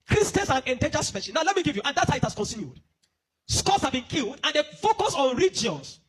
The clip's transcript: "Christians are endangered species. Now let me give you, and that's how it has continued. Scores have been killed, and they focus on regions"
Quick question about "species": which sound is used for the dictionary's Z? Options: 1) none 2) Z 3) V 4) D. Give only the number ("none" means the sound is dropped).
1